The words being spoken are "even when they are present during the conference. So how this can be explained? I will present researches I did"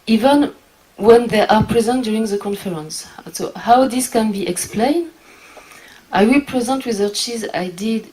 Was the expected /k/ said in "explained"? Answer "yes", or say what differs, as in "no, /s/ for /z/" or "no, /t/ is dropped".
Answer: yes